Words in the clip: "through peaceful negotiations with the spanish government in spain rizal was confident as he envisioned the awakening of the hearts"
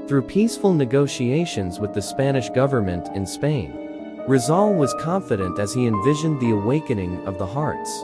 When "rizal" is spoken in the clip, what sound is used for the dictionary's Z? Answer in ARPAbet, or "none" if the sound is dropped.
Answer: Z